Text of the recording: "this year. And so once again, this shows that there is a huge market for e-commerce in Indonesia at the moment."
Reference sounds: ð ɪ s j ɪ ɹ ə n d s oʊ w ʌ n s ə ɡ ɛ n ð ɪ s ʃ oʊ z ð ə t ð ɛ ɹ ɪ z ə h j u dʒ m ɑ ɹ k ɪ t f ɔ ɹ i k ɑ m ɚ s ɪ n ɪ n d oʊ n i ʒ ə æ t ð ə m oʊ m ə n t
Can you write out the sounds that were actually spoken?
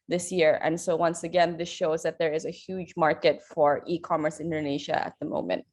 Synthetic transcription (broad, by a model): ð ɪ s j ɪ ɹ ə n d s oʊ w ʌ n s ə ɡ ɛ n ð ɪ s ʃ oʊ z ð ə t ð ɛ ɹ ɪ z ə h j u dʒ m ɑ ɹ k ɪ t f ɔ ɹ i k ɑ m ɚ s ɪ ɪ n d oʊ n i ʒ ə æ t ð ə m oʊ m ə n t